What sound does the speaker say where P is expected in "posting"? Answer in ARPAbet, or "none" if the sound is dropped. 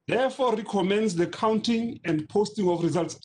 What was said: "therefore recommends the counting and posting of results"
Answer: P